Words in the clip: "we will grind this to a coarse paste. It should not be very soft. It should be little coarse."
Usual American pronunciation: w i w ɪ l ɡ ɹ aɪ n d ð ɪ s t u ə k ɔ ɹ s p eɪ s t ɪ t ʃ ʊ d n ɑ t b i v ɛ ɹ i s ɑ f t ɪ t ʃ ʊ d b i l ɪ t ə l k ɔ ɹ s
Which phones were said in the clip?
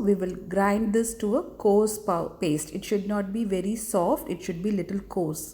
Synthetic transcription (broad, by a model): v i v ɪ l ɡ ɹ aɪ n d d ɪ s t u ə k ɔ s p p eɪ s t ɪ t ʃ ʊ d n ɑ t b i v ɛ ɹ i s ɑ f t ɪ t ʃ ʊ d b i l ɪ t ə l k ɔ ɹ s